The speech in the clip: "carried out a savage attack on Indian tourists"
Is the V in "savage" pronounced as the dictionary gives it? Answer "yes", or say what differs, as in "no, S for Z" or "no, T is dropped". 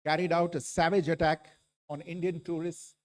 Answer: yes